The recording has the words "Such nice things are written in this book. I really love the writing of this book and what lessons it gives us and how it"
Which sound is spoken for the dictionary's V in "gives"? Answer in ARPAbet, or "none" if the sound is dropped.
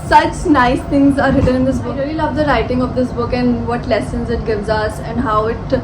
V